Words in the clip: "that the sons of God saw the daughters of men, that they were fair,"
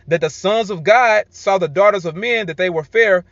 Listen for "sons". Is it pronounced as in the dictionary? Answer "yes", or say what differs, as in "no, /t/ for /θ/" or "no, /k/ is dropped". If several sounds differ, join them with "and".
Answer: yes